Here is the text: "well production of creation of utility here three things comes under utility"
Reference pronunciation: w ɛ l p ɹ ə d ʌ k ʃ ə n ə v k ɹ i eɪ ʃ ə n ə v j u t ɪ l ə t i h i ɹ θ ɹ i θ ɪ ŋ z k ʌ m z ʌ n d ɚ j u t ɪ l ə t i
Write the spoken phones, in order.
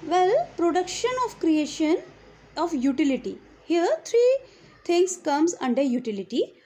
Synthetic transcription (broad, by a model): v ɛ l p ɹ ə d ʌ k ʃ ə n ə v k ɹ i eɪ ʃ ə n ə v j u t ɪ l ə t i h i ɹ t ɹ i t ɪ ŋ s k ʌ m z ʌ n d ɚ j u t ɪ l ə t i